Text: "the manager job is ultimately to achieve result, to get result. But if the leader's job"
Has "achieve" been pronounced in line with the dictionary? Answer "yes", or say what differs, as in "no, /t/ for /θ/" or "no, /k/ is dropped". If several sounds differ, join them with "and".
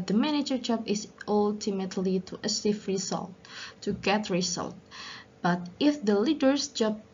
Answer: no, /f/ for /v/